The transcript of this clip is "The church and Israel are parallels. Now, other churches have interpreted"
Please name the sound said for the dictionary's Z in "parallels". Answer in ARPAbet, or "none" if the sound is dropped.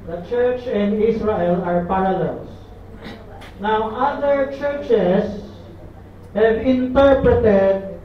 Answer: S